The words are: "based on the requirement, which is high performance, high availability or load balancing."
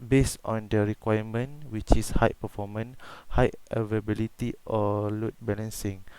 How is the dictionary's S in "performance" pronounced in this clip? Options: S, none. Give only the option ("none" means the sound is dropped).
none